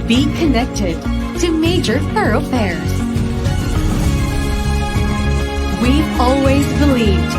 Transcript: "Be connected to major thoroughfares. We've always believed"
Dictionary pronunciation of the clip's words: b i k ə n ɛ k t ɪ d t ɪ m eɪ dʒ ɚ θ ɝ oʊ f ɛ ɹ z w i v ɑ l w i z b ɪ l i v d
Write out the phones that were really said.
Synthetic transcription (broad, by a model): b i k ə n ɛ k t ɪ d t ɪ m eɪ dʒ ɚ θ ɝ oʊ f ɛ ɹ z w i ɑ l w i z b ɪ l i v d